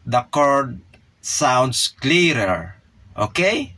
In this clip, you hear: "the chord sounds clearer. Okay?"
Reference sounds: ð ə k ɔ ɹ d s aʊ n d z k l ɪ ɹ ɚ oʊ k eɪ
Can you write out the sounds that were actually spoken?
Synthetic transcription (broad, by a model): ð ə k ɔ ɹ d s aʊ n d s k l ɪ ɹ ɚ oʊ k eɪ